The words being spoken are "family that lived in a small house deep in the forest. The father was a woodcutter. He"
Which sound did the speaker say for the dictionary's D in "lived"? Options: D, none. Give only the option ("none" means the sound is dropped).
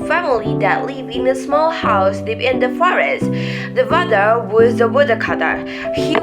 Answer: none